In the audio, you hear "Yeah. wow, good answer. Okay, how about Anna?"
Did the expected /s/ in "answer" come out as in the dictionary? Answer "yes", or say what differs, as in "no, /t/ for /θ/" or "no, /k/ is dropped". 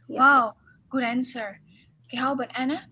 yes